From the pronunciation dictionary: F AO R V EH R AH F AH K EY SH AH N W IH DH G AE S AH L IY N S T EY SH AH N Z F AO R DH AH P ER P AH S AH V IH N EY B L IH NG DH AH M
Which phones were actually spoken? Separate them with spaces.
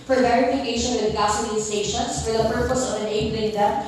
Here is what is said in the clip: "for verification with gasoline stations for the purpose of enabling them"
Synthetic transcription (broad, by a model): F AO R V EH R AH F AH K EY SH AH N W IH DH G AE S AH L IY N S T EY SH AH N S F AO R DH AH P ER P AH S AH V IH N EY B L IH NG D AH